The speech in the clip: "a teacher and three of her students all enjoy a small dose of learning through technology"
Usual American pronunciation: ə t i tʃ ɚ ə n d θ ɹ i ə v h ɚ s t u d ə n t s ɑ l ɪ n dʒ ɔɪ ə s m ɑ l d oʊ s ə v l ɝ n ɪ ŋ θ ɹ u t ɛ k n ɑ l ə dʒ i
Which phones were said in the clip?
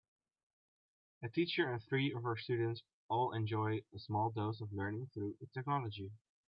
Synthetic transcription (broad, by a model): ə t i tʃ ɚ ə n θ ɹ i ə v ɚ s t u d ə n t s ɑ l ɪ n dʒ ɔɪ ə s m ɑ l d oʊ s ə v l ɝ n ɪ ŋ θ ɹ u t ɛ k n ɑ l ə dʒ i